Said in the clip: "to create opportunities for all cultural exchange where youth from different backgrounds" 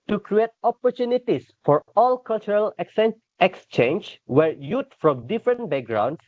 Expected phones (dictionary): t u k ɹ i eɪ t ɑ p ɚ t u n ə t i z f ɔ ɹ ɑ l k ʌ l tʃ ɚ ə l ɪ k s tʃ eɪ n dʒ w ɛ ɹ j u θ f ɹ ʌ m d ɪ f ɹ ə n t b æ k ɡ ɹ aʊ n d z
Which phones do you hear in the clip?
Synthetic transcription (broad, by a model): t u k ɹ i eɪ t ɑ p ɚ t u n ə t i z f ɔ ɹ ɑ l k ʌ l tʃ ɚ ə l ɪ k s tʃ eɪ n dʒ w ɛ ɹ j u t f ɹ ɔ m d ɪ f ɹ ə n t b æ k ɡ ɹ aʊ n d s